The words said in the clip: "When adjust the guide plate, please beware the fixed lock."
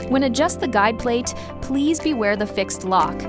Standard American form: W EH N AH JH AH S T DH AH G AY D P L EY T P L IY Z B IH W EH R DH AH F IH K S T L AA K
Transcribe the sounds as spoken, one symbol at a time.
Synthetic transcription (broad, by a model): W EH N AH JH AH S T DH AH G AY D P L EY T P L IY Z B IH W EH R DH AH F IH K S T L AA K